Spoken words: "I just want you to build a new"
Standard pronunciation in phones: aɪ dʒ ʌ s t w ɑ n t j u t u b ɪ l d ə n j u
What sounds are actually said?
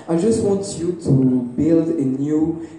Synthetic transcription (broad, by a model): aɪ dʒ ʌ s t w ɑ n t j u t u b ɪ l d ə n j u